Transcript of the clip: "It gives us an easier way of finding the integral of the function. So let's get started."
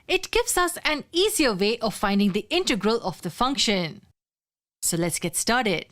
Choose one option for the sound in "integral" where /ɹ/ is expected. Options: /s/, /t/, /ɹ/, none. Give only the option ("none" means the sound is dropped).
/ɹ/